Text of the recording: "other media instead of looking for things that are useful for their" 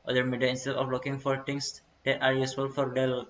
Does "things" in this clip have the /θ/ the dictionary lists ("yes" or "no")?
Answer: no